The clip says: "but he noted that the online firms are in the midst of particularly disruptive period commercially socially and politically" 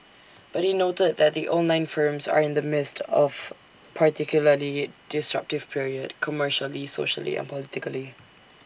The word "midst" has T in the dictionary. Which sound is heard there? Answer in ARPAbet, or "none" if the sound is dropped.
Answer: T